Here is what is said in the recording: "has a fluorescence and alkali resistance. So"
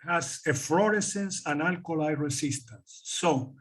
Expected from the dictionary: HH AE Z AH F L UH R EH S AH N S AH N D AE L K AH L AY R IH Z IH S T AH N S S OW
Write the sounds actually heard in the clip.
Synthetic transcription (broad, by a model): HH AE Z AH F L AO R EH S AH N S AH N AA L K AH L AY R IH S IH S T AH N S S OW